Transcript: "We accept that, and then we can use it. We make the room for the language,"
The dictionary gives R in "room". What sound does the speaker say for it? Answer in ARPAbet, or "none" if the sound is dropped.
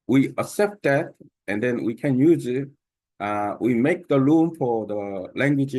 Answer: L